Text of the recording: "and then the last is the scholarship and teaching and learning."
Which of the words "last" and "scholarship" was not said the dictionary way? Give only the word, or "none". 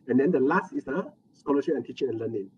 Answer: scholarship